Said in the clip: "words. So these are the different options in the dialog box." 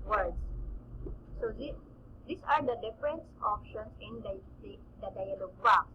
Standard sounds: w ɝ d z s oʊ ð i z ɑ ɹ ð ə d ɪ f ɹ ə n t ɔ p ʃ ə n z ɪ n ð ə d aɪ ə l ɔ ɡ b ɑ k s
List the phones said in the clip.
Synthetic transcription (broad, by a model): w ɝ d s s oʊ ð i s ɑ ɹ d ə d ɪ f ɹ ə n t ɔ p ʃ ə n s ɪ n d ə d aɪ ə l ɔ ɡ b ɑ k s